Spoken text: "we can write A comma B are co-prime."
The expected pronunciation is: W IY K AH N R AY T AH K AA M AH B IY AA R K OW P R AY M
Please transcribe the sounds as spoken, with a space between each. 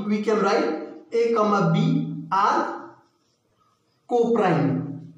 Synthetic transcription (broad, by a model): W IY K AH L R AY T AH K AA M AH B IY AA R K OW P R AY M